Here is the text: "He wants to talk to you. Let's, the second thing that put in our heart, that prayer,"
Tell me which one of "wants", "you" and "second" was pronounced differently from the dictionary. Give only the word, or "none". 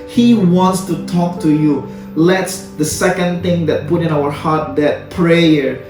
none